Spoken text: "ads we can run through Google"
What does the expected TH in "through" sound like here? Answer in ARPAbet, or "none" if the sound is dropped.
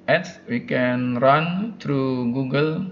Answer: T